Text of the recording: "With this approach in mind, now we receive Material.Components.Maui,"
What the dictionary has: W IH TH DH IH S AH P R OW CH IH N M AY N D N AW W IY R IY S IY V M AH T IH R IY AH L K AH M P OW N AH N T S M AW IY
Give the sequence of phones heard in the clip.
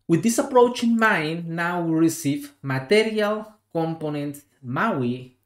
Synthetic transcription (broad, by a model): W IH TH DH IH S AH P R OW CH IH N M AY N N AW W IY R IY S IY V M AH T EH R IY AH L K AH M P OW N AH N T M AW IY